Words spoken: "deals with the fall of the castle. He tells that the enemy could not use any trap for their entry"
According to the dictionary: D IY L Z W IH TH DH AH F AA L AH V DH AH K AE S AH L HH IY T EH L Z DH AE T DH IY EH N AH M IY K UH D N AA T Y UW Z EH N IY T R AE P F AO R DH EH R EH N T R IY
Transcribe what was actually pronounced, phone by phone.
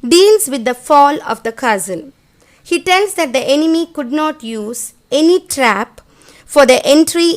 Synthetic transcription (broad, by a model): D IY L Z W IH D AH F AA L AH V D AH K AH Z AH N HH IY T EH L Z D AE T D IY EH N AH M IY K UH D N AA T Y UW Z EH N IY T R AE P F AO R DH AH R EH N T R IY